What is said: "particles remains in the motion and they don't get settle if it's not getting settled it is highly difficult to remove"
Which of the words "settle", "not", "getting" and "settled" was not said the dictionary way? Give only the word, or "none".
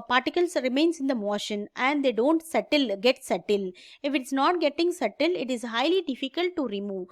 settled